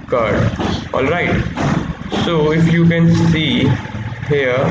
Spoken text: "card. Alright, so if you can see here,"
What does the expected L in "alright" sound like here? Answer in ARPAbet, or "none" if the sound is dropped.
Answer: L